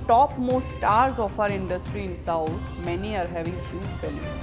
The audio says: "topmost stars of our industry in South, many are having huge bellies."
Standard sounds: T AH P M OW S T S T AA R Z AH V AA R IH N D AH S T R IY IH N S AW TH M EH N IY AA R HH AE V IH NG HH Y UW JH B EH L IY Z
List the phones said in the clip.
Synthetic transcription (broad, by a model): T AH P M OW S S T AA R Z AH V AA R IH N D AH S T R IY IH N S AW T M EH N IY AA R HH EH V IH NG HH Y UW JH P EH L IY